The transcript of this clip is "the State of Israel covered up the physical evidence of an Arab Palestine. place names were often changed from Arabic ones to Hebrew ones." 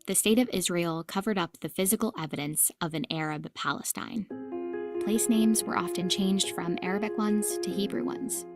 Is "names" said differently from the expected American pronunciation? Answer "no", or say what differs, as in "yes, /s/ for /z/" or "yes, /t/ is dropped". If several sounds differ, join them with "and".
no